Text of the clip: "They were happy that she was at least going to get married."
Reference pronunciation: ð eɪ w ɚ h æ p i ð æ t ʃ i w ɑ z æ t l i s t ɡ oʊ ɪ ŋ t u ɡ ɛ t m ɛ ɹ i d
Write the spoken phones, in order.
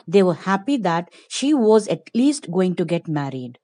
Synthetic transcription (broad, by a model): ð eɪ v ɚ h æ p i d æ t ʃ i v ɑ z æ t l i s t ɡ oʊ ɪ ŋ t u ɡ ɛ t m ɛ ɹ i d